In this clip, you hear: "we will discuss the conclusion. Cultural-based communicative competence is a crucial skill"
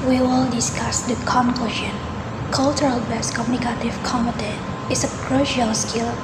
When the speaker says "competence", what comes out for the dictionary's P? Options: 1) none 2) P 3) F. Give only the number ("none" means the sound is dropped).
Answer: 1